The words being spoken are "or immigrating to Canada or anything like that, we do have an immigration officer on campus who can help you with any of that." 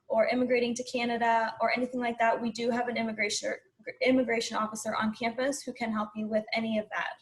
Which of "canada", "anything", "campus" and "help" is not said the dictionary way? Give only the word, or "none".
none